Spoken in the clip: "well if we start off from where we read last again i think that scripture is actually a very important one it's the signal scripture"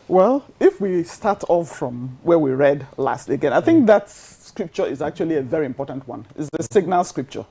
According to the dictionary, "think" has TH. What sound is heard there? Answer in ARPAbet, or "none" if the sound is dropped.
TH